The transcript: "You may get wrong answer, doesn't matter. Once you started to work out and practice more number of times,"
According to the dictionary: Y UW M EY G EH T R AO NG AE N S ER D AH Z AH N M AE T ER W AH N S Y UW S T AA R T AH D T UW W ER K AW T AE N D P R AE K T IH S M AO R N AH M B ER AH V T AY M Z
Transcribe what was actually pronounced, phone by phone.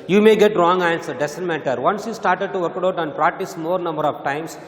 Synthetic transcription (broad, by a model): Y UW M EY G EH T R AO NG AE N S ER D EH S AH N M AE T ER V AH N S Y UW S T AA R T AH D T UW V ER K AW T AE N D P R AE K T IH S M AO R N AH M B ER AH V T AY M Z